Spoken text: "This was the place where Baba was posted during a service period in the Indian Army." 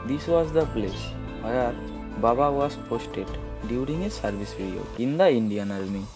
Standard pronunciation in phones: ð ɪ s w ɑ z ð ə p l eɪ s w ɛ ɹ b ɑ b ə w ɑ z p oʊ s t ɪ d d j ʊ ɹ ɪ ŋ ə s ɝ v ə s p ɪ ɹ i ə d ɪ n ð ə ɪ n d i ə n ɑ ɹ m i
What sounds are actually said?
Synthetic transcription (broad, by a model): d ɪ s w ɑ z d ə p l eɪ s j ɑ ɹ b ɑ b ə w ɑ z p oʊ s t ɪ d d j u ɹ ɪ ŋ ə s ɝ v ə s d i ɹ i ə ɪ n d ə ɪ n d i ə n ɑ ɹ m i